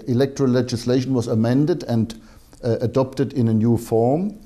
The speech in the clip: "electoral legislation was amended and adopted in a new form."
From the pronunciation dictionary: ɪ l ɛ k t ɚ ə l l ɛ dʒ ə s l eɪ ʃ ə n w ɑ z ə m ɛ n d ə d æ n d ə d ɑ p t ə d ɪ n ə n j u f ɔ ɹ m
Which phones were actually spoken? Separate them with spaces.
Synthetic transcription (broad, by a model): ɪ l ɛ k t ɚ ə l l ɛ dʒ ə s l eɪ ʃ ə n w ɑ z ə m ɛ n d ə d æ n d ə d ɑ p t ə d ɪ n ə n j u f ɔ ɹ m